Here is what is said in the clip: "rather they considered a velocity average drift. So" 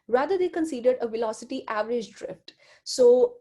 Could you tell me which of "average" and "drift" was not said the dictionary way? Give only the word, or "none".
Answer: none